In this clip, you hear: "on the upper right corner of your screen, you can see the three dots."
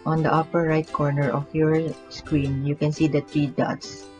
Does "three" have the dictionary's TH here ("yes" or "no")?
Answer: no